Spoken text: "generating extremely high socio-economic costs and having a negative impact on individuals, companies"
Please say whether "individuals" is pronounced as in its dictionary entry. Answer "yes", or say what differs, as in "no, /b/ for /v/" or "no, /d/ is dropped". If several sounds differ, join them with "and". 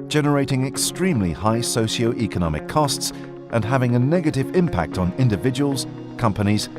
yes